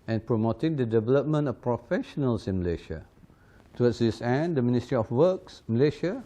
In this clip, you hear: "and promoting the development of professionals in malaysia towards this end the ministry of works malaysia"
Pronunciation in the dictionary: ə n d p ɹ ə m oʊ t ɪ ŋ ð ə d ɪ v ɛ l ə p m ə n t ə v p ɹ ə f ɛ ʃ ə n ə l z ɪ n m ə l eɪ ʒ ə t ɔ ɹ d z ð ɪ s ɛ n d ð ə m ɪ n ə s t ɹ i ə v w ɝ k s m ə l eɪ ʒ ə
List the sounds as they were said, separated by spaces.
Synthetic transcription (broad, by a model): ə n p ɹ ə m oʊ t ɪ ŋ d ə d ɪ v ɛ l ə p m ə n t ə f p ɹ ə f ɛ ʃ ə n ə l s ɪ n m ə l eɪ ʃ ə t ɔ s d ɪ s ɛ n d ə m ɪ n ə s t ɹ i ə f w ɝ k s m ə l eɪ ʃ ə